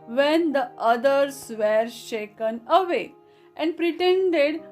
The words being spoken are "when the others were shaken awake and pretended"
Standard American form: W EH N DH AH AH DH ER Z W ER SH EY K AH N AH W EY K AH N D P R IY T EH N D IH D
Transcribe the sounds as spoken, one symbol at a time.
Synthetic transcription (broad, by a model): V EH N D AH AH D ER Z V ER SH EY K AH N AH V EY AH N D P R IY T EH N D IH D